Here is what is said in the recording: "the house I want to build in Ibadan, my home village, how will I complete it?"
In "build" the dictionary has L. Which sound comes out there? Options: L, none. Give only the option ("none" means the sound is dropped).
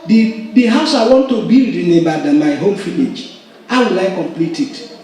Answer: none